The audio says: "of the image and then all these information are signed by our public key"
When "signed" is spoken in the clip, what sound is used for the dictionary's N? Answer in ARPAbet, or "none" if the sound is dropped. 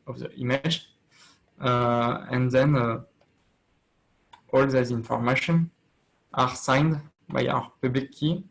N